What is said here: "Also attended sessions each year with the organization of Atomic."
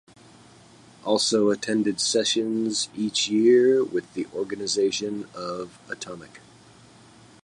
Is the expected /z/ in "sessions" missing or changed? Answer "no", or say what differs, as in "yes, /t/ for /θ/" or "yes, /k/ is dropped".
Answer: no